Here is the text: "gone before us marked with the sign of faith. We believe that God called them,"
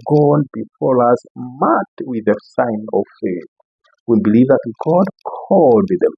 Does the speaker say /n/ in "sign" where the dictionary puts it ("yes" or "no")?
yes